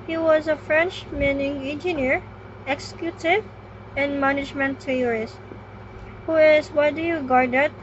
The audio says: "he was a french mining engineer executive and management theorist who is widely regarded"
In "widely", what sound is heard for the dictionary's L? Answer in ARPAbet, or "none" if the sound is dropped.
none